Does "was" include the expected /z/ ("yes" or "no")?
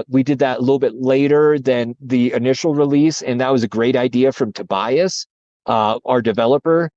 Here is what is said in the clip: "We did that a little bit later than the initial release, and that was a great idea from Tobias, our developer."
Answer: yes